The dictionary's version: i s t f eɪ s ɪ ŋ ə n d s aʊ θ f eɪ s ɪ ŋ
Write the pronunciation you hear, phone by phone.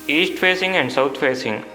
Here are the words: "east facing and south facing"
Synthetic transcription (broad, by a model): i s t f eɪ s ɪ ŋ ə n d s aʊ t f eɪ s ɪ ŋ